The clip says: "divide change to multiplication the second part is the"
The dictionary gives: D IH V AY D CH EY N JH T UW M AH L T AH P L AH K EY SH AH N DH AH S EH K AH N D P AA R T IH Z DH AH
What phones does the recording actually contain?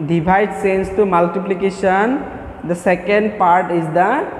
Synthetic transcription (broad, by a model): D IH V AY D S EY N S T UW M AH L T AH P L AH K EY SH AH N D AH S EH K AH N D P AA R T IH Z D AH